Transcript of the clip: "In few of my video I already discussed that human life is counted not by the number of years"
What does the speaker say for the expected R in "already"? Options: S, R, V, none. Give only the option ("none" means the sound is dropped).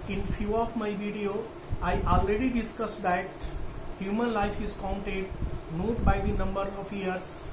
R